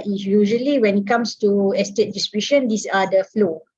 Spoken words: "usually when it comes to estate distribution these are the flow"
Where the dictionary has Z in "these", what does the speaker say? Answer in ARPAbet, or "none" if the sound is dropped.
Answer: S